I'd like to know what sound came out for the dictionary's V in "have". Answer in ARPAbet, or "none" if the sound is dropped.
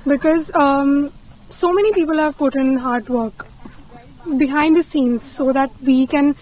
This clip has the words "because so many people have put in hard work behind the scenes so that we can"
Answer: V